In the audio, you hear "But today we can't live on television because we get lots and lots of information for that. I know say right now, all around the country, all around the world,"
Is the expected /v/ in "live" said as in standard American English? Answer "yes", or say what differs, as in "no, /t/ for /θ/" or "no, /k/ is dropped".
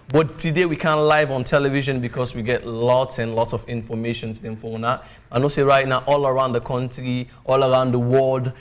yes